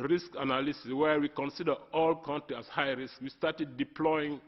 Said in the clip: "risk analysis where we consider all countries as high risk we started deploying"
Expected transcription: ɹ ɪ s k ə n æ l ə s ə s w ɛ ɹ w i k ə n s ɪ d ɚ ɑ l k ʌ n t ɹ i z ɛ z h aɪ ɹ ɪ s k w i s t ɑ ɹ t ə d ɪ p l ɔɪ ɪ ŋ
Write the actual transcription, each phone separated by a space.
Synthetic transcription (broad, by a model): ɹ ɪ s k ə n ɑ l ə s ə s w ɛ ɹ w i k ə n s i d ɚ ɑ l k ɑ n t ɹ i ɑ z h aɪ ɹ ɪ s k w i s t ɑ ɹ t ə d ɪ p l ɔɪ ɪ ŋ